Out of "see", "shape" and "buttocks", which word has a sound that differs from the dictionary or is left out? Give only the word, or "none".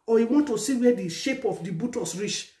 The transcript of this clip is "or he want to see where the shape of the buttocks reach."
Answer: buttocks